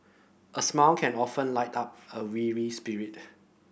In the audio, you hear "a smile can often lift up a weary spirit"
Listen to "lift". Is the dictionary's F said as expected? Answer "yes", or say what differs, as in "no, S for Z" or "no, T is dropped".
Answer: no, F is dropped